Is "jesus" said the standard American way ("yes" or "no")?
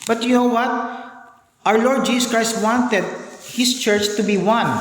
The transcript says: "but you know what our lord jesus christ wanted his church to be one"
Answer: no